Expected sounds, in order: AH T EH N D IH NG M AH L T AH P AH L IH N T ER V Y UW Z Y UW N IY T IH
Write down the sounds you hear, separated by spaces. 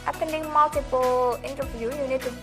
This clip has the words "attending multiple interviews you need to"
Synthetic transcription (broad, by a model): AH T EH N D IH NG M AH L T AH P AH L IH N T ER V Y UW Y UW N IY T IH